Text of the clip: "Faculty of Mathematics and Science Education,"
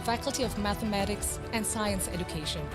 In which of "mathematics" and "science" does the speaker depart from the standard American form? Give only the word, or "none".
none